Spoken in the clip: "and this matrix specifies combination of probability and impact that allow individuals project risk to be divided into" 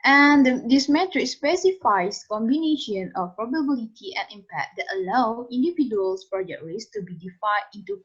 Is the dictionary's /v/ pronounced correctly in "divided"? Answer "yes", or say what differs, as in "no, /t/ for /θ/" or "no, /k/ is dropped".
no, /f/ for /v/